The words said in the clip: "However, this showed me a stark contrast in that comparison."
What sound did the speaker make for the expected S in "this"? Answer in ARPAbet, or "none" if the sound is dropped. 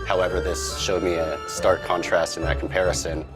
S